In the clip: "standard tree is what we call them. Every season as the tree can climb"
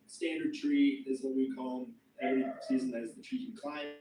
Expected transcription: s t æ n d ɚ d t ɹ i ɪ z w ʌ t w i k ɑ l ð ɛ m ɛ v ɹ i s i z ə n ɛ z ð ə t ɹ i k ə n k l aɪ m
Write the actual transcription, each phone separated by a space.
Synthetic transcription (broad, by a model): s t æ n d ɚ d t ɹ i ɪ z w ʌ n w i k ɑ l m ɛ v ɹ i s i z ə n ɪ z ð ə t ɹ i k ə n k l aɪ